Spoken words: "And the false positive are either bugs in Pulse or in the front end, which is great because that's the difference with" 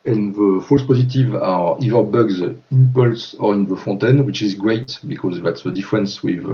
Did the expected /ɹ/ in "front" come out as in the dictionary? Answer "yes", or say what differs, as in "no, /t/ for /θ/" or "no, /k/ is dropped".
no, /ɹ/ is dropped